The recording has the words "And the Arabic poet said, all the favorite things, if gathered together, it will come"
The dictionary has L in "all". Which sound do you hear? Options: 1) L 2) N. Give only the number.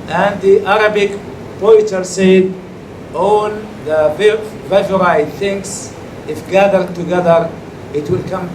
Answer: 2